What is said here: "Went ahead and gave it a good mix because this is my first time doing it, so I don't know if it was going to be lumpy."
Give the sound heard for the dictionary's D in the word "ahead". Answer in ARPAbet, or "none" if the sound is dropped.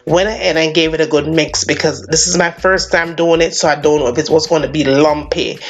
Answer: none